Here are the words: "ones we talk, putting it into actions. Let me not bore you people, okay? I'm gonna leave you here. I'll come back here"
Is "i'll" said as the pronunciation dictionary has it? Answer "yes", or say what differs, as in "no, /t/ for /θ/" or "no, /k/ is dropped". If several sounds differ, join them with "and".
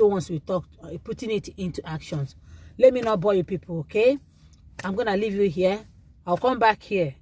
no, /w/ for /l/